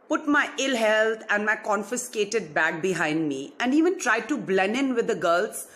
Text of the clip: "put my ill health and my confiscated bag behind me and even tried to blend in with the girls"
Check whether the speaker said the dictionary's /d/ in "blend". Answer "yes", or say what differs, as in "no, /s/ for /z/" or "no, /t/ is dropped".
no, /d/ is dropped